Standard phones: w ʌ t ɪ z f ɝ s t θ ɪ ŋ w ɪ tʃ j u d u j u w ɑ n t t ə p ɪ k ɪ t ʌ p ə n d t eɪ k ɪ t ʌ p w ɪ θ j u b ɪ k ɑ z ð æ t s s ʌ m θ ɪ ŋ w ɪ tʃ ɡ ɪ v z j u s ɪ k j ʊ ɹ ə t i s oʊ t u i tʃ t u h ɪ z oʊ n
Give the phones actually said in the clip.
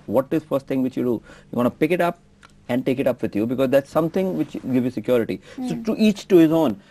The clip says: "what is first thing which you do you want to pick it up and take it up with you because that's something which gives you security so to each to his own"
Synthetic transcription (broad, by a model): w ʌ t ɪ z f ɝ s t t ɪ ŋ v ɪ tʃ j u d u j u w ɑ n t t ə p ɪ k ɪ t ʌ p ə n d t eɪ k ɪ t ʌ p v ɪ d j u b ɪ k ɑ z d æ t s s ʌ m t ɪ ŋ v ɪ tʃ ɡ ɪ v j u s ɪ k j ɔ ɹ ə t i s oʊ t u i tʃ t u h ɪ z oʊ n